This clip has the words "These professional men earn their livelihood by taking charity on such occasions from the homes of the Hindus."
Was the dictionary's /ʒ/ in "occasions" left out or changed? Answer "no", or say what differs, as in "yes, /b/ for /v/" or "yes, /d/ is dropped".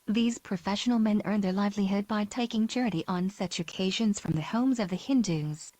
no